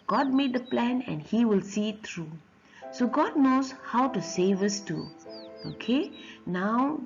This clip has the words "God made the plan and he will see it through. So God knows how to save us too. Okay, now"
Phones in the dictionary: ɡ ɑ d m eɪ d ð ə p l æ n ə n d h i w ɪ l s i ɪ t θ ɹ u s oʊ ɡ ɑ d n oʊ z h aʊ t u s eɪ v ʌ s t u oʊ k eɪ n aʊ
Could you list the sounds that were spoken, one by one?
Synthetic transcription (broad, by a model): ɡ ɑ d m eɪ d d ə p l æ n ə n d h i w ɪ l s i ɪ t t ɹ u s oʊ ɡ ɑ d n oʊ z h aʊ t u s eɪ v ʌ s t u oʊ k eɪ n aʊ